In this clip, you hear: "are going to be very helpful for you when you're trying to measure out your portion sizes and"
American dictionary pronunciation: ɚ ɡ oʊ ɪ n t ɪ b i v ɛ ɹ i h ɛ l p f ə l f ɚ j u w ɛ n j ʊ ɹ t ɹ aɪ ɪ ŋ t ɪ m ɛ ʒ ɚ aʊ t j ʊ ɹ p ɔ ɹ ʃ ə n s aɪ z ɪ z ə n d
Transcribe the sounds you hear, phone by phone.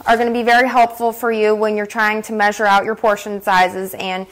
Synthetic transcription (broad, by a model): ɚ ɡ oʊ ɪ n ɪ b i v ɛ ɹ i h ɛ l p f l f ɚ j u w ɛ n j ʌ ɹ t ɹ aɪ ɪ ŋ t ɪ m ɛ ʒ ɚ aʊ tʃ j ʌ ɹ p ɔ ɹ ʃ ə n s aɪ z ɪ z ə n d